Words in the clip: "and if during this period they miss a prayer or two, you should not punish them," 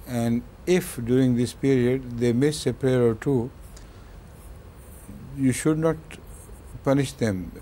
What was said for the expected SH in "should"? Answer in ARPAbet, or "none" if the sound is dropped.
SH